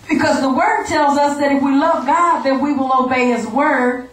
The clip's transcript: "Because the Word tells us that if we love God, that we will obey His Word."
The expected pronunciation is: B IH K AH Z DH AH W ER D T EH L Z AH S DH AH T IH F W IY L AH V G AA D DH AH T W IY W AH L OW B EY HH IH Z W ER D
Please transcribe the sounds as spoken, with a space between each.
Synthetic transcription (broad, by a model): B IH K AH Z DH AH W ER D T EH L Z AH S DH AH T IH F W IY L AH V G AA D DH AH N W IY W AH L OW B EY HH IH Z W ER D